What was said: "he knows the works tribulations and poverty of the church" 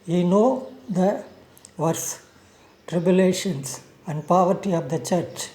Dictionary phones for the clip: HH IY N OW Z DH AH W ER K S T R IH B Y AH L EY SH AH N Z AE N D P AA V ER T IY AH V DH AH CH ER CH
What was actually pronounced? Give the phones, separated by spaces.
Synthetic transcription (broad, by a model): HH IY N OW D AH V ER S T R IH B Y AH L EY SH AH N S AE N D P AA V ER T IY AH V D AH CH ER CH